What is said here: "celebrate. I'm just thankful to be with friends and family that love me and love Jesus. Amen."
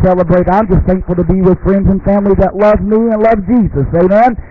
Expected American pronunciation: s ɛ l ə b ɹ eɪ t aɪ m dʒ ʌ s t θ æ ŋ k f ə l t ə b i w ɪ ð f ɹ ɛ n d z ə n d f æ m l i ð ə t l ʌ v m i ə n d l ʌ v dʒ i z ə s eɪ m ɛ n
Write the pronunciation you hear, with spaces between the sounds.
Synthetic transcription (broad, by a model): s ɛ l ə b ɹ eɪ t aɪ m dʒ ʌ s t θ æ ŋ k f l t ə b i w ɪ ð f ɹ ɛ n d z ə n f æ m l i ð ə t l ʌ v m i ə n l ʌ v dʒ i z ə s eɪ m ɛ n